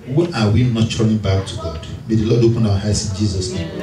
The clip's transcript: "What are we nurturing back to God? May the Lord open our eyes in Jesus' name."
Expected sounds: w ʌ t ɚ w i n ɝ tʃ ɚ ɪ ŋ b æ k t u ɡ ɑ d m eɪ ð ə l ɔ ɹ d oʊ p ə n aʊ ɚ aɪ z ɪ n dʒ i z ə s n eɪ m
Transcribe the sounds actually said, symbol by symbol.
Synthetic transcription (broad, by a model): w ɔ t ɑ w i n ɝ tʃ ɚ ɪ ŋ b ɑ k t u ɡ ɑ d m eɪ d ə l ɔ d oʊ p ə n aʊ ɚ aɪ s ɪ n dʒ i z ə s n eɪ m